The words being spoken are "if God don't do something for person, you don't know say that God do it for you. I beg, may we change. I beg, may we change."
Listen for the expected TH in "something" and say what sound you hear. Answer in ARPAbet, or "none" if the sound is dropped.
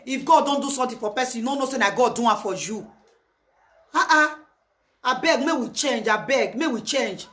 T